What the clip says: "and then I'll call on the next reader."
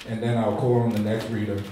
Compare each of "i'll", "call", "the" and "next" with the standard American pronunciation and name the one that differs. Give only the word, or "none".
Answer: none